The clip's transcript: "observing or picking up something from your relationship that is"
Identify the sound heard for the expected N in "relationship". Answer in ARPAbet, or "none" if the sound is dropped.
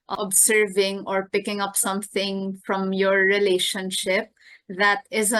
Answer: N